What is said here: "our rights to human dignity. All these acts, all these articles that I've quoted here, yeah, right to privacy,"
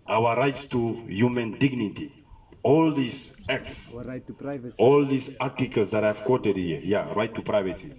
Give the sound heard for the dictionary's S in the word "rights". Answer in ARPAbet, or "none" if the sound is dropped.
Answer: S